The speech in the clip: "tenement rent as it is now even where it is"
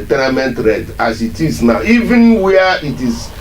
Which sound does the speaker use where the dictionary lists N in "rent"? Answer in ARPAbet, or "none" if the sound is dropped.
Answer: none